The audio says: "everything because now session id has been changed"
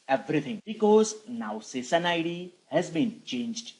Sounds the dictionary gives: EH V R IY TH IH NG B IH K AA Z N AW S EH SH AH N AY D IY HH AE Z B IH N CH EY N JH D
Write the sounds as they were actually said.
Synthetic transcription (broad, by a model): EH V R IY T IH NG B IH K AA Z N AW S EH S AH N AY D IY HH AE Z B IH N CH EY N JH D